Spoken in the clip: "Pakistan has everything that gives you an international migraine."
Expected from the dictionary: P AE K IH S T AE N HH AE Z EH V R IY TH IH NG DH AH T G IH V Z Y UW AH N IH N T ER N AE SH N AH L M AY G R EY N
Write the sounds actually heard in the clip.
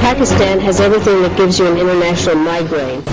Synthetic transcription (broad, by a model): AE K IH S T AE N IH Z EH V R IY TH IH NG DH AH T G IH V Z Y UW AH N IH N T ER N AE SH N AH L M AY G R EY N